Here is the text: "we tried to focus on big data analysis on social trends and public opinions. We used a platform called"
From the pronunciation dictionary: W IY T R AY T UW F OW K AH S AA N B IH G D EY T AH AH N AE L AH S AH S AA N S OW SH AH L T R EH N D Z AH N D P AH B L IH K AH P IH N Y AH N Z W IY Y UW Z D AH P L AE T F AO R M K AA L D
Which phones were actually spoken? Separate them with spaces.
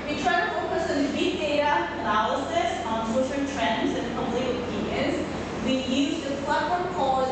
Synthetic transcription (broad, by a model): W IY T R AY T UW F OW K AH S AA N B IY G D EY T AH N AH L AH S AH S AA N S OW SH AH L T R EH N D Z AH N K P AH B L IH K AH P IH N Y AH N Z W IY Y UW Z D AH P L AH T AO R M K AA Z